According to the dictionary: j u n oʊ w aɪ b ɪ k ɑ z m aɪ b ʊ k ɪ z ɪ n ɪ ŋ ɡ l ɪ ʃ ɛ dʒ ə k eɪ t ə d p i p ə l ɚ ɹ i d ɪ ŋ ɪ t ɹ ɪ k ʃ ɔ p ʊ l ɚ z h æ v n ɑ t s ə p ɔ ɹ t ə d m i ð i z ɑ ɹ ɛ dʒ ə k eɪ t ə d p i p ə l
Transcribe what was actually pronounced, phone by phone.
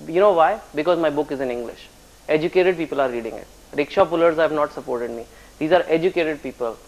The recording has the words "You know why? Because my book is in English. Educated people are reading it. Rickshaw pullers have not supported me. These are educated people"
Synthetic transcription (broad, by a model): j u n oʊ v aɪ b ɪ k ɑ z m aɪ b ʊ k ɪ z ɪ n ɪ ŋ ɡ l ɪ ʃ ɛ dʒ ə k eɪ t ə d p i p ə l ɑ ɹ i d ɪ ŋ ɪ t ɹ ɪ k ʃ ɔ p ʊ l ɚ z h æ v n ɑ t s ə p ɔ ɹ t ə d m i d i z ɑ ɹ ɛ dʒ ə k eɪ t ə d p i p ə l